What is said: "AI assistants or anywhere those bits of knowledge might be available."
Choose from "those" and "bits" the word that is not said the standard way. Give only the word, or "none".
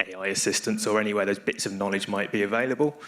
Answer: none